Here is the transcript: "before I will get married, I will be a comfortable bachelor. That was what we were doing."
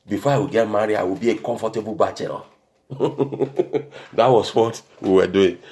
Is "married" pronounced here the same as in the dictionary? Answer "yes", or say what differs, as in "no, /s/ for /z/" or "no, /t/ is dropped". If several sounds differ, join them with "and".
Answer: no, /d/ is dropped